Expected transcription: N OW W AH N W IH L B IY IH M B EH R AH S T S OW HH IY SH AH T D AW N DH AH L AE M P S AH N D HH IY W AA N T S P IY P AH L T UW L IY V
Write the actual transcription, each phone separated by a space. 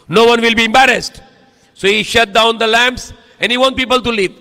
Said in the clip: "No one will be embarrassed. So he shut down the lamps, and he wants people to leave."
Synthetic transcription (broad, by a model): N OW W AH N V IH L B IY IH M B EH R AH S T S OW HH IY SH AH T D AW N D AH L AE M P S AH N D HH IY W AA N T P IY P AH L T UW L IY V